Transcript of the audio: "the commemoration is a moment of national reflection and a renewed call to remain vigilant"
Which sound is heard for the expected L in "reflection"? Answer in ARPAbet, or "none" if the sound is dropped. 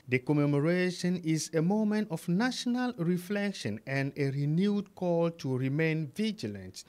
L